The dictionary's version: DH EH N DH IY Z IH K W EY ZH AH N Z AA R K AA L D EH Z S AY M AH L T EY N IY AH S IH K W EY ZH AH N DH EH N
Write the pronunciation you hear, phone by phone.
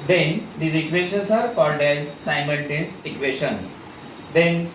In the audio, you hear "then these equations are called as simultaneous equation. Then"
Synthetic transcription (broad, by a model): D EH N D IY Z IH K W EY SH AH N S AA R K AA L D EH Z S AY M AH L T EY N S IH K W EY SH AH N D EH N